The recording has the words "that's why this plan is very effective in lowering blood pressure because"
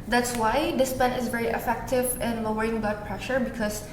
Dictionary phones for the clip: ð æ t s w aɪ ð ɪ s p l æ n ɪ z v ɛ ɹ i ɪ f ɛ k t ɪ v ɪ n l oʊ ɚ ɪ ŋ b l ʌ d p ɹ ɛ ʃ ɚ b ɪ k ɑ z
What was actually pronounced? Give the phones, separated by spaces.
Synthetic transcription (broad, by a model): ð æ t s w aɪ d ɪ s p ɛ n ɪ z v ɛ ɹ i ɪ f ɛ k t ɪ v ɪ n l oʊ ɚ ɪ ŋ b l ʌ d p ɹ ɛ ʃ ɚ b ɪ k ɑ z